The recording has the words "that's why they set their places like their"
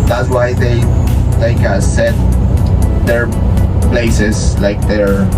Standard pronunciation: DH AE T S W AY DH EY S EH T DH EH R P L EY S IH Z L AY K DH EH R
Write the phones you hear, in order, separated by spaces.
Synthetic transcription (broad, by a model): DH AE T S W AY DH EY S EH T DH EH R P L EY S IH S L AY K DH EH R